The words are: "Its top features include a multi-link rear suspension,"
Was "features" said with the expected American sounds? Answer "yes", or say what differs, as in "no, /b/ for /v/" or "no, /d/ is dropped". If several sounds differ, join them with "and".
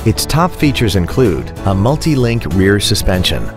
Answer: yes